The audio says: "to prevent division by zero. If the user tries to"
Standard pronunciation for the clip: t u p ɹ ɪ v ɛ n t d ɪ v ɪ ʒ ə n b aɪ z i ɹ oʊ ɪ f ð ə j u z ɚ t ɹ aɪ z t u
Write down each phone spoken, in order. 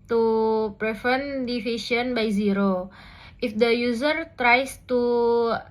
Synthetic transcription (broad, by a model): t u p ɹ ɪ f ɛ n d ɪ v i s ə n b aɪ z i ɹ oʊ ɪ f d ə j u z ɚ t ɹ aɪ s t u